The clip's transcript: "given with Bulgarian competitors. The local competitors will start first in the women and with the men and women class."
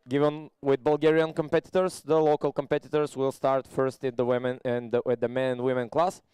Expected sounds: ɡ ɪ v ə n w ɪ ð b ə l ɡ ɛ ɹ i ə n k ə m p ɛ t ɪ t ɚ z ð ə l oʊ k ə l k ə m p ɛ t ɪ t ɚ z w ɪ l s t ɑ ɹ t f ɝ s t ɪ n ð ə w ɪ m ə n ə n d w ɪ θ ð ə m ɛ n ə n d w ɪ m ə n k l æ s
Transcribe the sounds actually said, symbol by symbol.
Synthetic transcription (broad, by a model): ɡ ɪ v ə n w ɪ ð b ə l ɡ ɛ ɹ i ə n k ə m p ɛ t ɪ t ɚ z ð ə l oʊ k ə l k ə m p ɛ t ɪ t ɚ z w ɪ l s t ɑ ɹ t f ɝ s t ɪ n ð ə w ɪ m ə n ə n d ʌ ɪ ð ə m ɛ n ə n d w ɪ m ə n k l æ s